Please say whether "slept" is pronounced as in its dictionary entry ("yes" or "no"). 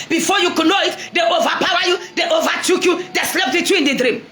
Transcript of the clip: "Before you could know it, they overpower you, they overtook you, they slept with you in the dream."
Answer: yes